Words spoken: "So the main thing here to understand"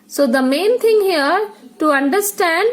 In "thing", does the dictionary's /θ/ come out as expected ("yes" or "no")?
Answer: no